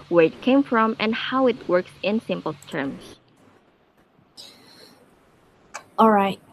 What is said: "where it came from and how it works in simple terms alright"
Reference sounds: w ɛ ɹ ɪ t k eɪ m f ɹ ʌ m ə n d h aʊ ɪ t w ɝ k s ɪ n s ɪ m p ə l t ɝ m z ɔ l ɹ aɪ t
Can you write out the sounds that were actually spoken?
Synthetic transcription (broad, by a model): w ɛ ɹ ɪ t k eɪ m f ɹ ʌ m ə n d h aʊ ɪ t w ɝ k s ɪ n s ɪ m p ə l t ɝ m s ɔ l ɹ aɪ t